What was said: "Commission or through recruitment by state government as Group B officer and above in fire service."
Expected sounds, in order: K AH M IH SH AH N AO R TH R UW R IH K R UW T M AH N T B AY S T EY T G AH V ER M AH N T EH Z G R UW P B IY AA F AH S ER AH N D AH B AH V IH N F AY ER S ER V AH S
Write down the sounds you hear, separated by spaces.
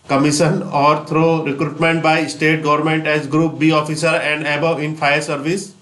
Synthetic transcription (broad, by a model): K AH M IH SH AH N AO R T R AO R IH K R UW T M AH N T B AY S T EY T G AH V ER M AH N T EH Z G R UW P B IY AA F AH S ER AH N D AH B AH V IH N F AY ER S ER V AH S